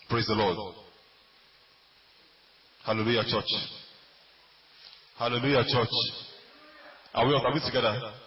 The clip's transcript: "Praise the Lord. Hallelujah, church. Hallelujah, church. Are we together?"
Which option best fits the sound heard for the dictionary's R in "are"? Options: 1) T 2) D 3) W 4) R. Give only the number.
3